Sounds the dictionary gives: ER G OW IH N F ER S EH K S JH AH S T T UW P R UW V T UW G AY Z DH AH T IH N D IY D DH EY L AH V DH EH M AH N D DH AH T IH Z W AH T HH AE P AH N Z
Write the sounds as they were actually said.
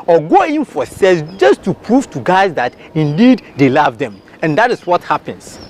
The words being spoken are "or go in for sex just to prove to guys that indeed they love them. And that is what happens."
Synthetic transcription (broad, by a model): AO G OW IH N F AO S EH S JH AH S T T UW P R UW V T UW G AY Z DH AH T IH N D IY D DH EY L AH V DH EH M AH N D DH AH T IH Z W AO T HH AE P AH N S